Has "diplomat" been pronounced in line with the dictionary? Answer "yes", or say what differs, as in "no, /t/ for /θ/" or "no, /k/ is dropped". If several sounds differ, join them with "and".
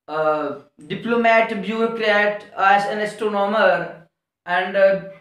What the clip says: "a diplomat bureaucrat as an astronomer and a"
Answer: yes